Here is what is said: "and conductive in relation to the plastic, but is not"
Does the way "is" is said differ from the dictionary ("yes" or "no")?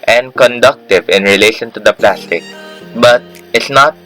yes